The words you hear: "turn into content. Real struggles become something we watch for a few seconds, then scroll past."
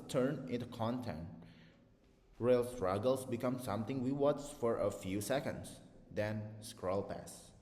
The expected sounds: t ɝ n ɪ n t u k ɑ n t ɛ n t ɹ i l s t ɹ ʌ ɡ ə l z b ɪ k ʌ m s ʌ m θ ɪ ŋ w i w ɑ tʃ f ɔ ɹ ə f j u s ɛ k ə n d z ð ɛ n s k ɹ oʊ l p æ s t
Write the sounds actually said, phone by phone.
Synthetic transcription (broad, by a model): t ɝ n ɪ n t u k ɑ n t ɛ n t ɹ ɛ l s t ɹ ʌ ɡ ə l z b ɪ k ʌ m s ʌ m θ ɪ ŋ w i w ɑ s f ɔ ɹ ə f j u s ɛ k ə n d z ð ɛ n s k ɹ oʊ l p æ s